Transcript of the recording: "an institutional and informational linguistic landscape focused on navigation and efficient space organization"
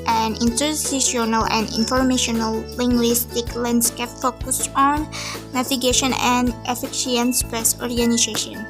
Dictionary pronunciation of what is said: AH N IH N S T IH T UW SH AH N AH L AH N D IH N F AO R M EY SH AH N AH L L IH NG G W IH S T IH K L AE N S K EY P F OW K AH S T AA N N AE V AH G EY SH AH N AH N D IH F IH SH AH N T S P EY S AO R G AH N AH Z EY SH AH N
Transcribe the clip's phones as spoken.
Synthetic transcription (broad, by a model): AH N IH N T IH S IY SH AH N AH L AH N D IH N F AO R M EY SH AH N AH L L IH NG G W IH S T IH K L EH N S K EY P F OW K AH S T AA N N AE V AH G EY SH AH N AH N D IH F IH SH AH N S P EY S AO R G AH N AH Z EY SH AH N